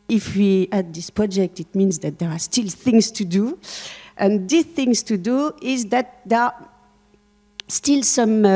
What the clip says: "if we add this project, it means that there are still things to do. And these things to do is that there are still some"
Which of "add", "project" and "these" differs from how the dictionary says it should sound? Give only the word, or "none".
these